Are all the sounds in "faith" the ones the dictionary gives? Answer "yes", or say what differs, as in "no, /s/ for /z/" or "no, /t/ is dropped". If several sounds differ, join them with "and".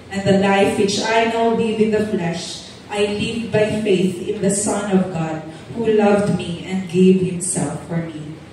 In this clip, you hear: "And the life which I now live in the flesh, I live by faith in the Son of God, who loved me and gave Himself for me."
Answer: yes